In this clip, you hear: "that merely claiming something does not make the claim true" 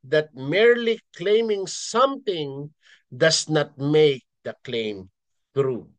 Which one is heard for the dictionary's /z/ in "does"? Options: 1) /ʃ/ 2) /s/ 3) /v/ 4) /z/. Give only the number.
2